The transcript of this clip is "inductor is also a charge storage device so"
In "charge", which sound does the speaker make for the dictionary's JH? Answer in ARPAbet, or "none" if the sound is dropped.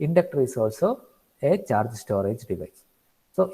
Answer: JH